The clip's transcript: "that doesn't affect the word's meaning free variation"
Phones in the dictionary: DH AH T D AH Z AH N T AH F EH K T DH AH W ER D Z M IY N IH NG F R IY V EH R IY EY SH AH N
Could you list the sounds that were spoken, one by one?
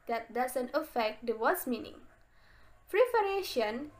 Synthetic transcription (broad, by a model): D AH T D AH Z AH N T AH F EH K T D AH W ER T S M IY N IH NG P R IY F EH R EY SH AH N